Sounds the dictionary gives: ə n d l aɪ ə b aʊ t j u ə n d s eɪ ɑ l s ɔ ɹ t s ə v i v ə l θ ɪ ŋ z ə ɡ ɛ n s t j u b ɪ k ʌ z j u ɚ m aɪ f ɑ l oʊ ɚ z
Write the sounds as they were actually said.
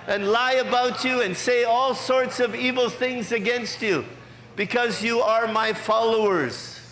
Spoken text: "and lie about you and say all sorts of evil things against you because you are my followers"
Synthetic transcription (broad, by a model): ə n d l aɪ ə b aʊ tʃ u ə n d s eɪ ɑ l s ɔ ɹ t s ə v i v l θ ɪ ŋ z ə ɡ ɛ n s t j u b ɪ k ʌ z j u ɚ m aɪ f ɑ l oʊ ɚ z